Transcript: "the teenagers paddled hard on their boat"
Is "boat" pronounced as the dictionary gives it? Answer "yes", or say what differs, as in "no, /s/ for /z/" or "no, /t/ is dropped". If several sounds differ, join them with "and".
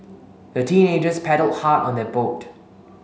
yes